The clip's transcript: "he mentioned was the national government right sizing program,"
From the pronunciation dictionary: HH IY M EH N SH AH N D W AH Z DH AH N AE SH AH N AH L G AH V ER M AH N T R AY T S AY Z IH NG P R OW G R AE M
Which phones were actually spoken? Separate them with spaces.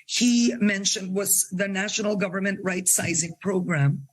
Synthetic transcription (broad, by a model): HH IY M EH N SH AH N D W AH Z DH AH N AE SH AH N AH L G AH V ER M AH N T R AY T S AY Z IH NG P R OW G R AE M